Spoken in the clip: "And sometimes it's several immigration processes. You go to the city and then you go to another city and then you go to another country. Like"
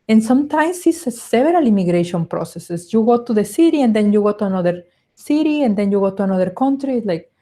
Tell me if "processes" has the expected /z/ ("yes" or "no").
no